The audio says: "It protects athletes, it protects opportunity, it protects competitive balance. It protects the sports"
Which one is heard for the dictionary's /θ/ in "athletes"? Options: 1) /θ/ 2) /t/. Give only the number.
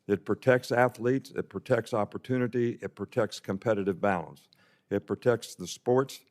1